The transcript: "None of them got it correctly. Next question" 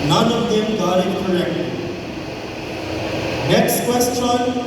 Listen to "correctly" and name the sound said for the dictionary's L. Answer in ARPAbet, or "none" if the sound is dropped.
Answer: none